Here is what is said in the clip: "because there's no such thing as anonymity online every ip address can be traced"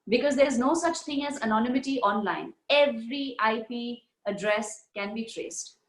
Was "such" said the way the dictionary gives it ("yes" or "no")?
yes